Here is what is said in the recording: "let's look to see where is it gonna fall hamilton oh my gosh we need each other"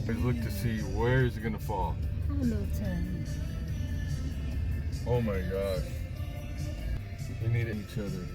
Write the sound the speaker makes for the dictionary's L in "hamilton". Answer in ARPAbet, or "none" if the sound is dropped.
none